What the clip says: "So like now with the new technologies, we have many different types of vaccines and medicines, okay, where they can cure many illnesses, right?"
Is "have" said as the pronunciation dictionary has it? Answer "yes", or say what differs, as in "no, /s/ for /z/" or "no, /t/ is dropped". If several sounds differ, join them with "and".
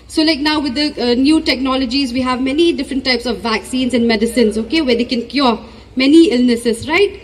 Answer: yes